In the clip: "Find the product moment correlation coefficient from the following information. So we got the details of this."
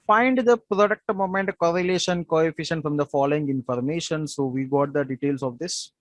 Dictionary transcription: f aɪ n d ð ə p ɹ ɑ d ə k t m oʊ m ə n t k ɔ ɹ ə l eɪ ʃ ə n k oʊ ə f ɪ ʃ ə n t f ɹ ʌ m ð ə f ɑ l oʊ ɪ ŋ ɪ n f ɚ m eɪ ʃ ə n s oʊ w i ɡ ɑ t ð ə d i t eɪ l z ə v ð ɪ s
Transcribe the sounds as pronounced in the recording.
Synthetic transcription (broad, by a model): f aɪ n d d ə p ɹ ɑ d ə k t m oʊ m ə n t k ɔ ɹ ə l eɪ ʃ ə n k oʊ ə f ɪ ʃ ə n t f ɹ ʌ m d ə f ɑ l oʊ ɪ ŋ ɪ n f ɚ m eɪ ʃ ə n s oʊ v i ɡ ɑ t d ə d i t eɪ l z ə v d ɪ s